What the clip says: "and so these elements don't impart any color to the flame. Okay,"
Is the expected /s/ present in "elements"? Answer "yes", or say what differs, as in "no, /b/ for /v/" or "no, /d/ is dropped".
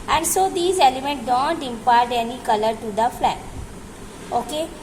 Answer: no, /s/ is dropped